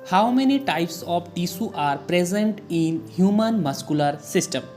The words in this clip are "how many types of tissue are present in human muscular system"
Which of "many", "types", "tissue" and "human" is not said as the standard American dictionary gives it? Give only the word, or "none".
tissue